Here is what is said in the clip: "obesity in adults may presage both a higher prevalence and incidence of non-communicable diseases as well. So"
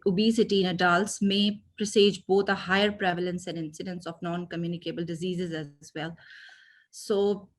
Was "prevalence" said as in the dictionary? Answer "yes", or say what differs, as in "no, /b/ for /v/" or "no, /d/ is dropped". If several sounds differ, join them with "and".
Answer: yes